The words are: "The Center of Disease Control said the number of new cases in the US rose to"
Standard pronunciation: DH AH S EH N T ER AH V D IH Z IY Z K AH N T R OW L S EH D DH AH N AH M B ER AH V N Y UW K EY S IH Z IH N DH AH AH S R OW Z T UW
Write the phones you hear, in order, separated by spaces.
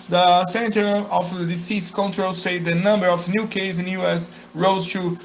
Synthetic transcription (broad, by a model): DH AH S EH N T ER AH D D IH S IY S K AH N T R OW L S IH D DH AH N AH M B ER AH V N Y UW K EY IH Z IH N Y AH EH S R OW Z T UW